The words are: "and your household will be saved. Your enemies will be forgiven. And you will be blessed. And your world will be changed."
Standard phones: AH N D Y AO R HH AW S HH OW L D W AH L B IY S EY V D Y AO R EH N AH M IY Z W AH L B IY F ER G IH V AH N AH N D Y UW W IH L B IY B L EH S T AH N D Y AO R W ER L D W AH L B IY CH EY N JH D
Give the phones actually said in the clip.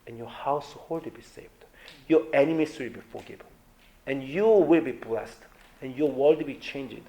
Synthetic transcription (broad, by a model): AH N Y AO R HH AW S HH OW L D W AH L B IY S EY V D Y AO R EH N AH M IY S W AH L B IY F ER G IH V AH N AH N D Y UW W IH L B IY B L EH S T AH N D Y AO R W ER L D B IY CH EY N JH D